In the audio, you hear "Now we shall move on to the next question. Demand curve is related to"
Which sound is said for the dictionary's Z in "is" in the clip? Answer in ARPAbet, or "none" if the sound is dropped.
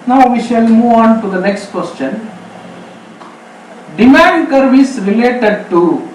S